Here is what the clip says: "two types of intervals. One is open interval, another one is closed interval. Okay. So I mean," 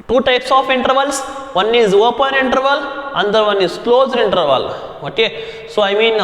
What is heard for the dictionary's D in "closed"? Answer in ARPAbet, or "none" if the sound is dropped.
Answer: D